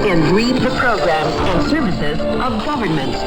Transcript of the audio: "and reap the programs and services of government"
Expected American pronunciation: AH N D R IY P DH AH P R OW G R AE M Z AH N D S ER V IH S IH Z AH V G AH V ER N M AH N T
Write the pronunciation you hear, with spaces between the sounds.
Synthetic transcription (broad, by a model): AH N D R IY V DH AH P R OW G R AE M Z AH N S ER V IH S IH Z AH V G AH V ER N M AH N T